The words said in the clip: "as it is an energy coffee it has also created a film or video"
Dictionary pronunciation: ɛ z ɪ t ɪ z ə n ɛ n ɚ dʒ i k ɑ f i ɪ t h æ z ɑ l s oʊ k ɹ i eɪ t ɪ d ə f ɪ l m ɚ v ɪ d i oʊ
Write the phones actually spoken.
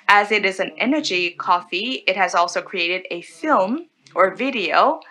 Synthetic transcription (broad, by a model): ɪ z ɪ t ɪ z ə n ɛ n ɚ dʒ i k ɑ f i ɪ t h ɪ z ɑ l s oʊ k ɹ i eɪ t ɪ d ə f ɪ l m ɚ v ɪ d i oʊ